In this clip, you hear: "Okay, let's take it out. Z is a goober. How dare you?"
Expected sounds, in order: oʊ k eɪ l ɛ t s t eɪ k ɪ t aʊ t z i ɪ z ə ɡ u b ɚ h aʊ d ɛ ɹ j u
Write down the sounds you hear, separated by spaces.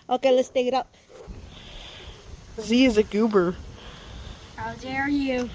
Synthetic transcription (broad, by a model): oʊ k eɪ l ɛ t s t eɪ k ɪ t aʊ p z i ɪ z ə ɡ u b ɚ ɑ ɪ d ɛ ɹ j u